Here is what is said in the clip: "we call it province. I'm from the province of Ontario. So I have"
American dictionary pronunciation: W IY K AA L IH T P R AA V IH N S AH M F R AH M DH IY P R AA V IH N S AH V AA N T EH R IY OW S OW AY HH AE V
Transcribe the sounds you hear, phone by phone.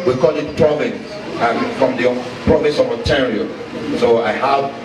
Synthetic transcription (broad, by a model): W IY K AA L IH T P R AA V IH N S AH M F R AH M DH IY P R AA V IH N S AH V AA T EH R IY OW S OW AY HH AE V